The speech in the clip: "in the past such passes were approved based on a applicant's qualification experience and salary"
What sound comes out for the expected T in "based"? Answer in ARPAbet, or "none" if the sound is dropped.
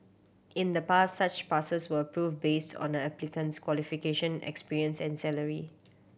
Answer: T